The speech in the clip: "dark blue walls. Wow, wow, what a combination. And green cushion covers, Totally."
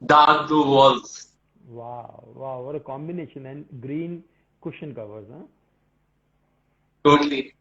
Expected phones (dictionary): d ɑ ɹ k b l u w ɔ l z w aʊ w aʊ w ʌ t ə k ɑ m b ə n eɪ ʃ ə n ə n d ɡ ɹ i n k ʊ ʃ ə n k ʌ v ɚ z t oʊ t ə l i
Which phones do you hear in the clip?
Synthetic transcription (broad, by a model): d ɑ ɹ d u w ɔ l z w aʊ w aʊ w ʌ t ə k ɑ m b ə n eɪ ʃ ə n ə n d ɡ ɹ i n k ʊ ʃ ə n k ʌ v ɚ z t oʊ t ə l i